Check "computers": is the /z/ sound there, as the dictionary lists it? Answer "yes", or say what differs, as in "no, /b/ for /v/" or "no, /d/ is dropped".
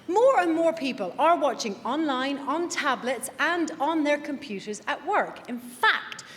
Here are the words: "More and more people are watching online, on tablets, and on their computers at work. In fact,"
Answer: yes